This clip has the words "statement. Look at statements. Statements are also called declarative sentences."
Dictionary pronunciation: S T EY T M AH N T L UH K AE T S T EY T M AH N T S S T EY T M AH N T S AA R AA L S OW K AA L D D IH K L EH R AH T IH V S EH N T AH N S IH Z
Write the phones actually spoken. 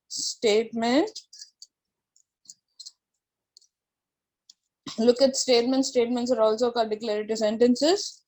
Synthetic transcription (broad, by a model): S T EY T M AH N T L UH K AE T S T EY T M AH N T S S T EY T M AH N T S AA R AA L S OW K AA D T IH K L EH R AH T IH S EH N T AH N S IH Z